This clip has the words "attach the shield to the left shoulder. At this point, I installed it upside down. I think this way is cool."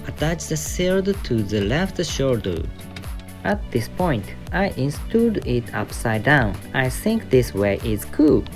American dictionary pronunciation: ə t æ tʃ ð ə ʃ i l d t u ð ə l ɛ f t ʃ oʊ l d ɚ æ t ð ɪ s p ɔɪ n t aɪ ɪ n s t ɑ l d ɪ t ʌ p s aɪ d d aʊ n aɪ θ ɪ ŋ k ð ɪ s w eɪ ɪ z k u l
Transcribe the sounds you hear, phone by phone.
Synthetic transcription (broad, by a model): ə t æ tʃ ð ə s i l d t u ð ə l ɛ f t ʃ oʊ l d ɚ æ t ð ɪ s p ɔɪ n t aɪ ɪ n s t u d ɪ t ʌ p s aɪ d d aʊ n aɪ θ ɪ ŋ k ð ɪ s w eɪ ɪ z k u